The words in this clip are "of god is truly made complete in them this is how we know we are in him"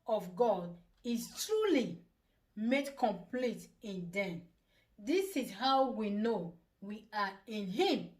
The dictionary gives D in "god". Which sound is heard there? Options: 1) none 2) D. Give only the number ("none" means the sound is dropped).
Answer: 2